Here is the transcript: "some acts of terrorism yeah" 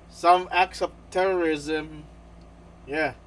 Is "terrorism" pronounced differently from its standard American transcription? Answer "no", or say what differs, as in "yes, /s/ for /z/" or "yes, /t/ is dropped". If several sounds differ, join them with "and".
no